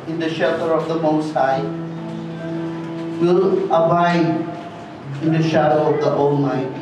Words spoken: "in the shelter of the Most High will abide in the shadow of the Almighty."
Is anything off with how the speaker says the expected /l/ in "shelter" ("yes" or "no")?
yes